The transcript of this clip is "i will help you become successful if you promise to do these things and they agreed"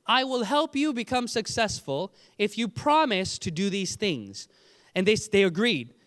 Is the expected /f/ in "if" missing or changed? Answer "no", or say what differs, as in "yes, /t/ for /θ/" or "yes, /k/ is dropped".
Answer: no